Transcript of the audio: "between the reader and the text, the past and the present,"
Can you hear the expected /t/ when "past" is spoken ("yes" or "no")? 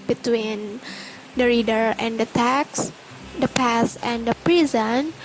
no